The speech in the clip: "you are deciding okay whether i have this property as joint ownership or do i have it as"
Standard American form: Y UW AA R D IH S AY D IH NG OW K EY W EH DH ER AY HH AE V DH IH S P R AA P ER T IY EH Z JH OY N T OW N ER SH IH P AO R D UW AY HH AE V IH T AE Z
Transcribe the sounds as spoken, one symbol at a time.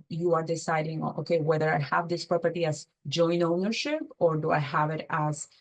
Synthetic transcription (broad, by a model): Y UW AA R D IH S AY D IH NG OW K EY W EH DH ER AY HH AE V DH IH S P R AA P ER T IY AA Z JH OY N OW N ER SH IH P AO R D UW AY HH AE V IH T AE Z